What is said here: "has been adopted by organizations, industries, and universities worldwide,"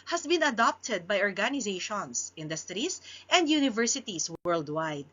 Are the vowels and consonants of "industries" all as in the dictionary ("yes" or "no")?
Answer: no